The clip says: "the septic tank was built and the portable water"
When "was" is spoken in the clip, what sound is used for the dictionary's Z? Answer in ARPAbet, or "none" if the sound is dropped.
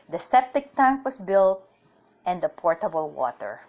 S